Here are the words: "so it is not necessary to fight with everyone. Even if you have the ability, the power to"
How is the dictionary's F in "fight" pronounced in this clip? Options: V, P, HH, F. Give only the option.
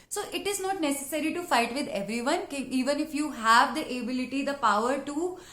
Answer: F